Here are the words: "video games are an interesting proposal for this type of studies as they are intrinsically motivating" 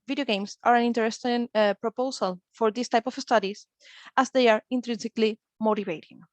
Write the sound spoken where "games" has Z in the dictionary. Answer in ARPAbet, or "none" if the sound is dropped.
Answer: S